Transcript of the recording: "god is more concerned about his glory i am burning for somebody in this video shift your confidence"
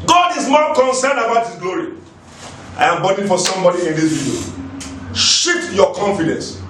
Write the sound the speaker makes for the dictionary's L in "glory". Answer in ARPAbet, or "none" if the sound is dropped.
L